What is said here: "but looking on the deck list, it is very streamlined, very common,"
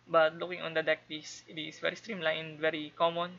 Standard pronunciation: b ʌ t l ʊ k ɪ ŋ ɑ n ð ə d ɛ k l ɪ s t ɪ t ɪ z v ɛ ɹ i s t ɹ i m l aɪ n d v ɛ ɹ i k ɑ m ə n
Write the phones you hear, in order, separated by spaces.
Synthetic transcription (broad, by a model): b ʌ t l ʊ k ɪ ŋ ɑ n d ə d ɛ k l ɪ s ɪ t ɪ s v ɛ ɹ i s t ɹ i m l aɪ n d v ɛ ɹ i k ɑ m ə n